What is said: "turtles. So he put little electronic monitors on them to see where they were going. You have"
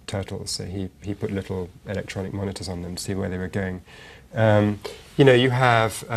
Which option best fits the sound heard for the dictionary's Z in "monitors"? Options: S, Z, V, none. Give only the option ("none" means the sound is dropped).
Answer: Z